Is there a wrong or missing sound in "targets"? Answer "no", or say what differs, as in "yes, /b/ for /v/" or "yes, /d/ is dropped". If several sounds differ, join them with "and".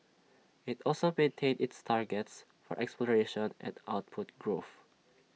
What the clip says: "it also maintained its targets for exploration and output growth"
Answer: no